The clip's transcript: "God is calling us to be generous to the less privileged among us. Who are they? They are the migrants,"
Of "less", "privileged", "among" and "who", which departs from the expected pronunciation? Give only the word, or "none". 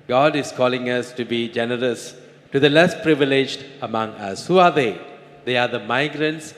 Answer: none